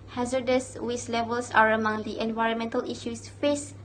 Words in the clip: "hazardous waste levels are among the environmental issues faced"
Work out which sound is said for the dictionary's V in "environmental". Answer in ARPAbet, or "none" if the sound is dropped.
V